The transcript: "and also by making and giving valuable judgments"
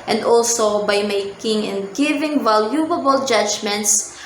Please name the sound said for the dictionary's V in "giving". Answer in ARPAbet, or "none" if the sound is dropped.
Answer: V